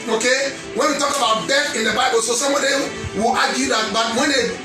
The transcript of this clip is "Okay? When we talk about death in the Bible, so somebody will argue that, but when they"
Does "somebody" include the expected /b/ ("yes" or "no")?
no